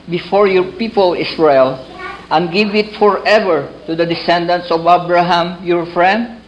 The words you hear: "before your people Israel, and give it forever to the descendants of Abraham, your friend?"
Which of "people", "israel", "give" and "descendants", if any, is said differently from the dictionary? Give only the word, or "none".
israel